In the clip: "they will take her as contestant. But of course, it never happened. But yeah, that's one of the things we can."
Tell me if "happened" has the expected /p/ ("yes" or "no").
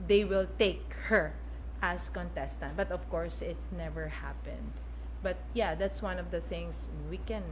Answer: yes